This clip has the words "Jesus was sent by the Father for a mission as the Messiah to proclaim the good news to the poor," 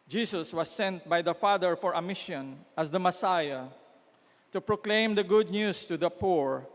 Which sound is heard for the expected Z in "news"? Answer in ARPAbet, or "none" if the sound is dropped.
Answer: S